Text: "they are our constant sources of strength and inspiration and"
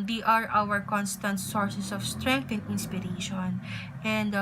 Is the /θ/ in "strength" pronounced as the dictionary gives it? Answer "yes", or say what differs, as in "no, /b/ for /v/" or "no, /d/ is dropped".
no, /t/ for /θ/